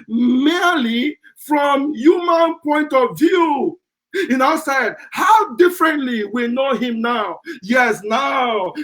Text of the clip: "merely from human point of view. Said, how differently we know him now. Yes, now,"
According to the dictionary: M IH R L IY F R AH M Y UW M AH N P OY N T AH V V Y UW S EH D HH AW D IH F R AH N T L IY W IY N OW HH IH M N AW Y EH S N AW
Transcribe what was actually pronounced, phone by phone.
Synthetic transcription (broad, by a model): M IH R L IY F R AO M Y UW M AH N P OY N T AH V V Y UW S EH D HH AW D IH F R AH N T L IY W IY N OW HH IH M N AW Y EH S N AW